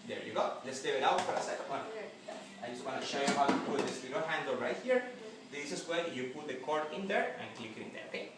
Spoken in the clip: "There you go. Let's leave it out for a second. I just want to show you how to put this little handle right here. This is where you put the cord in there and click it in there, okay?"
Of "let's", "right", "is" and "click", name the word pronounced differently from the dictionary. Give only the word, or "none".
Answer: is